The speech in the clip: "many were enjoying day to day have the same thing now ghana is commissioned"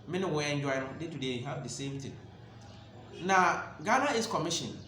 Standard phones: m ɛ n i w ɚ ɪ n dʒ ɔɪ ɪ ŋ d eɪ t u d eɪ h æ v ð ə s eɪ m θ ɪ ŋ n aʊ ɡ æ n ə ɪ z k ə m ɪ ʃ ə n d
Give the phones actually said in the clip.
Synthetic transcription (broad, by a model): m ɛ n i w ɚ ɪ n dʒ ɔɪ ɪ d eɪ t u d eɪ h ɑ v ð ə s eɪ m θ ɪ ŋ n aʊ ɡ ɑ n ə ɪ s k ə m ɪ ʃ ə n